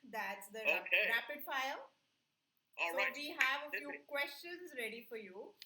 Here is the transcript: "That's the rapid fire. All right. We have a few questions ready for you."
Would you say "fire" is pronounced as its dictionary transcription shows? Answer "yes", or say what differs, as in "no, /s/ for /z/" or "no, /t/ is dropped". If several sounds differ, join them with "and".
no, /l/ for /ɹ/